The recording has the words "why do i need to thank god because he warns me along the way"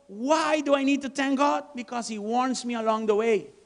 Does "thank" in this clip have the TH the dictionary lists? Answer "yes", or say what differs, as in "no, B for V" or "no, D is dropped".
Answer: no, T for TH